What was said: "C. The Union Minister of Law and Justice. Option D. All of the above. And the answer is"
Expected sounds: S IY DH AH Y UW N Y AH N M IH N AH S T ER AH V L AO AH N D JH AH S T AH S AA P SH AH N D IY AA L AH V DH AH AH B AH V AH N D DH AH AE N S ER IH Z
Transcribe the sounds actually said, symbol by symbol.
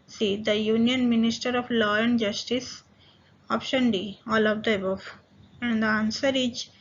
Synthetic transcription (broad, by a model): S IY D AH Y UW N Y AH N M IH N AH S T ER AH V L AO AH N D JH AH S T AH S AA P SH AH N D IY AA L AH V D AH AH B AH F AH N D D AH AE N S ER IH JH